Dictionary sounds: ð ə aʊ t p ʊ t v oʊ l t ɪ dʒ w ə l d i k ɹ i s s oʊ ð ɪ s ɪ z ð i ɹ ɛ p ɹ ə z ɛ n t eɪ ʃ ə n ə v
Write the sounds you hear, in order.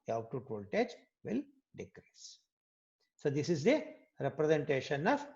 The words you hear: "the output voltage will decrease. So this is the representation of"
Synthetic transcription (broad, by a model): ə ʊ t u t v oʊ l t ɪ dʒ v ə l d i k ɹ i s s oʊ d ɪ s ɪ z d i ɹ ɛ p ɹ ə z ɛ n t eɪ ʃ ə n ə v